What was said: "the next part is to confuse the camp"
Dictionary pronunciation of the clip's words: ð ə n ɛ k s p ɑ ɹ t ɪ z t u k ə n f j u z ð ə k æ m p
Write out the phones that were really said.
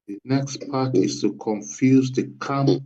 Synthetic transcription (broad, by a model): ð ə n ɛ k s p ɑ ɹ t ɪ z t u k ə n f j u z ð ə k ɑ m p